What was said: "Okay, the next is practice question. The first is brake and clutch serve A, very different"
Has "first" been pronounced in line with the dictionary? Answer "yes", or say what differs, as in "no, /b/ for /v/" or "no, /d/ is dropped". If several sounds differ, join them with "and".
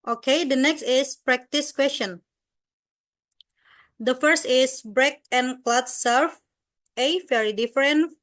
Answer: yes